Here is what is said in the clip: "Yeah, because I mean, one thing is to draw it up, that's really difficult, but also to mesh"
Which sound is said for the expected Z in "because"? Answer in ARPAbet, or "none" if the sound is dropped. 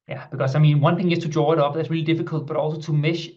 S